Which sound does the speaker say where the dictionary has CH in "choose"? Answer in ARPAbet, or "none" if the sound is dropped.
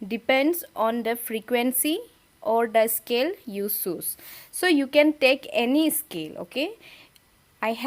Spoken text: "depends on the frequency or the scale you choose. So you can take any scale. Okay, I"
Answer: S